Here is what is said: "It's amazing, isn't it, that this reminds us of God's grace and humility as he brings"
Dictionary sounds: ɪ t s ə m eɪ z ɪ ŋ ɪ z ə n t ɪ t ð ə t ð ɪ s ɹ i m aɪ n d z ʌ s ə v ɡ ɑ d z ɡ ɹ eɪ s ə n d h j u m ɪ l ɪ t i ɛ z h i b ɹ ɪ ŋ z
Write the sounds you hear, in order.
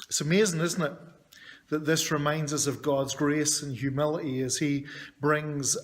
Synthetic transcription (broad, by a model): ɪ t s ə m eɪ z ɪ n ɪ z n t ɪ t ð ə t ð ɪ s ɹ i m aɪ n d z ʌ s ə v ɡ ɑ d z ɡ ɹ eɪ s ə n h j u m ɪ l ɪ t i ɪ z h i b ɹ ɪ ŋ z